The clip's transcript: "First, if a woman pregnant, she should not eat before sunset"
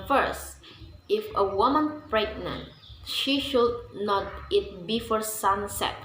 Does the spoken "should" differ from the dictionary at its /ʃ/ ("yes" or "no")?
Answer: no